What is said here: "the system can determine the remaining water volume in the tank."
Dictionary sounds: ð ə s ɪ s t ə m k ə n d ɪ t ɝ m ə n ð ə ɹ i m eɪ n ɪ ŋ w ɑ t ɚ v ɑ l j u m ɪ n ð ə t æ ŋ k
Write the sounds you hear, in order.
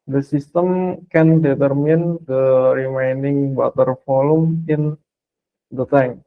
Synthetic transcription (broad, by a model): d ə s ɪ s t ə m k ə n d ɪ t ɝ m ə n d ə ɹ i m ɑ n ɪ ŋ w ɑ t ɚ f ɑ l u m ɪ n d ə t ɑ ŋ